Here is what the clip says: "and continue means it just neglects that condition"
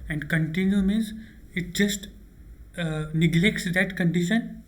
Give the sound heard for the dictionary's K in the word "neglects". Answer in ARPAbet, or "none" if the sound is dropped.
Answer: K